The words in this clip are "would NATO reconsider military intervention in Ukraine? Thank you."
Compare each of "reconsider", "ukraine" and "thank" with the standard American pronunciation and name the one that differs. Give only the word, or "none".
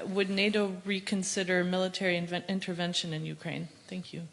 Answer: none